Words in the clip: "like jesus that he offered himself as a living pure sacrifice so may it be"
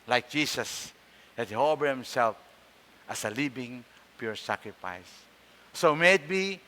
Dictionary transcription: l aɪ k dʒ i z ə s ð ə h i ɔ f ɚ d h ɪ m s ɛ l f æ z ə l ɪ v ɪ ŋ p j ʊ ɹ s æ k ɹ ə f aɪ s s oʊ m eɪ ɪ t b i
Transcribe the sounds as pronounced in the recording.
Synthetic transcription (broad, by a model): l aɪ k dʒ i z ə s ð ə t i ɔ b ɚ h ɪ m s ɛ l f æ s ə l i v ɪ ŋ p j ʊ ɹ s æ k ɹ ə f aɪ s s oʊ m eɪ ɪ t b i